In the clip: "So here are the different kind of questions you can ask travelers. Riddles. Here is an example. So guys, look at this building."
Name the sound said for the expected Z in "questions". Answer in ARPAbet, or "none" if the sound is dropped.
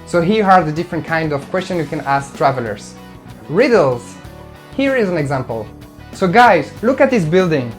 none